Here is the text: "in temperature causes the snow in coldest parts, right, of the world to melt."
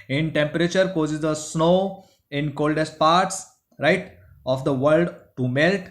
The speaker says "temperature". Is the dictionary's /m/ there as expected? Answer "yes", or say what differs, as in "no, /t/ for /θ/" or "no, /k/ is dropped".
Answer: yes